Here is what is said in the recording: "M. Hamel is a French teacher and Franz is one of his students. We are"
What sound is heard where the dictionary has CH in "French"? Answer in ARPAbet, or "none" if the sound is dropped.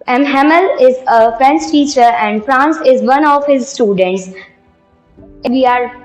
S